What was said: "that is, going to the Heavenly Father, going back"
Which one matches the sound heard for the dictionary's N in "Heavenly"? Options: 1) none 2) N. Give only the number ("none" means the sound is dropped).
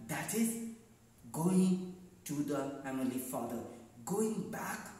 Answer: 1